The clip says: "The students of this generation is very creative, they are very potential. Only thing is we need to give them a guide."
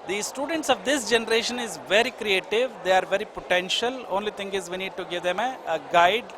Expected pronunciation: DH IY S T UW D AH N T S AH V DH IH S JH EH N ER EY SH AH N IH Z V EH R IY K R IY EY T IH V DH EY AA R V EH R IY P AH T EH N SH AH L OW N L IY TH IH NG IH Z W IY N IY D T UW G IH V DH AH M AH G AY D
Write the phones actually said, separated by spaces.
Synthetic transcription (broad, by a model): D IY S T UW D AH N T S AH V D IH S JH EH N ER EY SH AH N IH Z V EH R IY K R IY EY T IH V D EY AA R V EH R IY P AH T EH N SH AH L OW N L IY T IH NG IH Z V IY N IY D T UW G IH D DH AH M AH G AY D